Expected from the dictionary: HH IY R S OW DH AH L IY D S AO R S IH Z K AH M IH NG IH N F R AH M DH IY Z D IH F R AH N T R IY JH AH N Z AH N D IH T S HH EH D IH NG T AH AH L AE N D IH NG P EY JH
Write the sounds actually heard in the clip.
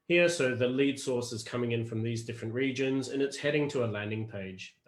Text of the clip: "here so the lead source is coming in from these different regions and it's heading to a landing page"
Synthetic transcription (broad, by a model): HH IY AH S OW DH AH L IY D S AO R S IH Z K AH M IH NG IH N F R AH M DH IY Z D IH F R AH N T R IY JH AH N Z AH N IH T S HH EH D IH NG T AH AH L AE N D IH NG P EY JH